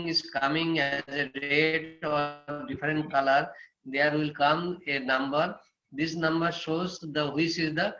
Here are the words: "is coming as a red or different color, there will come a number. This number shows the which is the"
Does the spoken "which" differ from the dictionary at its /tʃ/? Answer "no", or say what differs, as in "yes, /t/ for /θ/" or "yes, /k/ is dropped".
yes, /s/ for /tʃ/